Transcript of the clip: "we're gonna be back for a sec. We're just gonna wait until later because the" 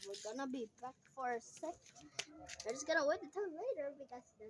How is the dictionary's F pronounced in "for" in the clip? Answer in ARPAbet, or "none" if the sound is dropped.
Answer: F